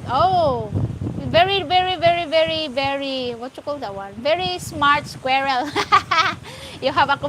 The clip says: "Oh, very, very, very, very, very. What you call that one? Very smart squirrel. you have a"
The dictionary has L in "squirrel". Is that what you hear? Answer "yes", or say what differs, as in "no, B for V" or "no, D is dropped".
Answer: yes